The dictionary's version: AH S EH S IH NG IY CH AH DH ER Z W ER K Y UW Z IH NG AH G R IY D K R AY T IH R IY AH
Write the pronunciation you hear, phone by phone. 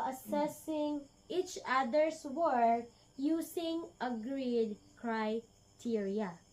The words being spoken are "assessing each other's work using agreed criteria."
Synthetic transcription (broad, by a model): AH S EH S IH NG IY CH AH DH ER S W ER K Y UW S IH NG AH G R IY D K R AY T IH R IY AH